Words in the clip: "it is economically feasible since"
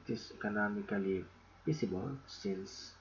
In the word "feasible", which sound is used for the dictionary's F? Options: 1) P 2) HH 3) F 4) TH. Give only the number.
1